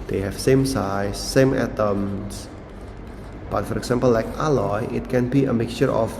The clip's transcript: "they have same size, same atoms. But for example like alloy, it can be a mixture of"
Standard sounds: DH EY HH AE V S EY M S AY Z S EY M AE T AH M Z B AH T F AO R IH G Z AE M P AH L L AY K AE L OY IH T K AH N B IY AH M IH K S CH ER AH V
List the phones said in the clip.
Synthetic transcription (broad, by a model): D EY HH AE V S EY M S AY S EY M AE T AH M S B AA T F AO R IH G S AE M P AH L L AY K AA L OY IH T K AH N B IY AH M IH K S CH ER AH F